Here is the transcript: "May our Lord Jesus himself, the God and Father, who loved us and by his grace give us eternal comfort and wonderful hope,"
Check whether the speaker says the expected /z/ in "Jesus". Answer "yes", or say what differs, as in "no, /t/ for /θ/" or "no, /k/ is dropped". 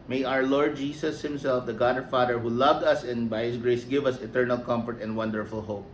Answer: no, /s/ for /z/